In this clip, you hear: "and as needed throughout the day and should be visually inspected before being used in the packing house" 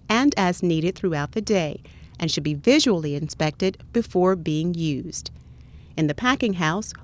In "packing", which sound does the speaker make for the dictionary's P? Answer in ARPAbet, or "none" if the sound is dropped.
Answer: P